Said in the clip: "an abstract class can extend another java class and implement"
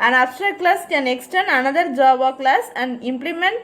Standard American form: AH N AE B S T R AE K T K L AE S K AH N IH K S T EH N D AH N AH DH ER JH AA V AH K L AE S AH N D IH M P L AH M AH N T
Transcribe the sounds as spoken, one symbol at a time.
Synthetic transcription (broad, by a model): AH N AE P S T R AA T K L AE S K AH N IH K S T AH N AH N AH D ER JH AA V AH K L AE S AH N D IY M P L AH M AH N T